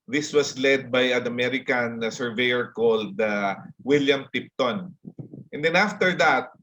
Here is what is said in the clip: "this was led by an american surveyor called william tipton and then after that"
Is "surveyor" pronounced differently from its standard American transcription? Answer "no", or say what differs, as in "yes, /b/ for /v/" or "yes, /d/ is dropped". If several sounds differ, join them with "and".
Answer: no